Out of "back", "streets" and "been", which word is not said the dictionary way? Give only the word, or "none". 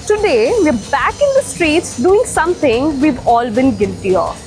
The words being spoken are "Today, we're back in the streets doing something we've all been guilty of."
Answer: none